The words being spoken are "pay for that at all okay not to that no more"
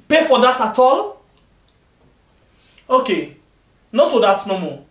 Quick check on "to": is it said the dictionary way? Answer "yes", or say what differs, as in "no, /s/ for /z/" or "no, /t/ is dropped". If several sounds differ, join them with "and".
yes